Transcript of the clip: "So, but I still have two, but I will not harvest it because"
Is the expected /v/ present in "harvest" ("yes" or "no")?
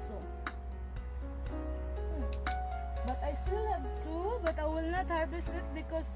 no